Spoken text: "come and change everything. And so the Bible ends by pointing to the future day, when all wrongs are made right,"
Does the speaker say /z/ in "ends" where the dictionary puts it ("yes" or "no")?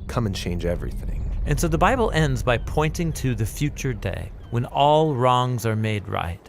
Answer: yes